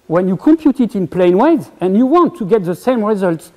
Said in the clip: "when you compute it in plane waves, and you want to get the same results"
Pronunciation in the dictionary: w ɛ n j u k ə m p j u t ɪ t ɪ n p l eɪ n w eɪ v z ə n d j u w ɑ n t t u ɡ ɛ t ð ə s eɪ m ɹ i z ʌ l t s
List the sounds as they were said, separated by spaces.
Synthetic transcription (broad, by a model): w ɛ n j u k ə m p j u t ɪ t ɪ n p l eɪ n w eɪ z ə n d j u w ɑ n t t u ɡ ɛ t ð ə s eɪ m ɹ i z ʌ l t s